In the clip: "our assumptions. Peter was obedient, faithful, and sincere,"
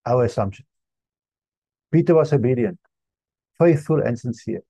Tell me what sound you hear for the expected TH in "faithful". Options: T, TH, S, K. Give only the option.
TH